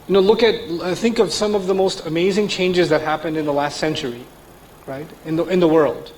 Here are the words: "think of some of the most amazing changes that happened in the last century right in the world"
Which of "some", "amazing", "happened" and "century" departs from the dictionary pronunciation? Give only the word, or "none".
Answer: none